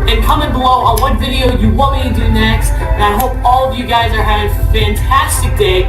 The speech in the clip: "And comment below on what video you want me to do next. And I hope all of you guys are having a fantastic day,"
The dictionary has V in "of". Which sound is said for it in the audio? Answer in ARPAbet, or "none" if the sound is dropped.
V